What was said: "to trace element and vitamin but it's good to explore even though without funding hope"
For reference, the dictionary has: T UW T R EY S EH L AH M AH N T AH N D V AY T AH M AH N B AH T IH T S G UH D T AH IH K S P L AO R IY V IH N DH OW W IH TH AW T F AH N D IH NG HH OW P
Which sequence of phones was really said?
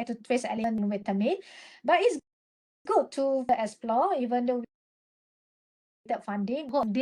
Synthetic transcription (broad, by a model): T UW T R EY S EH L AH AH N AH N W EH T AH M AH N B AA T IH T S G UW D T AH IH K S P L AO IY V IH N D OW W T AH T F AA N D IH NG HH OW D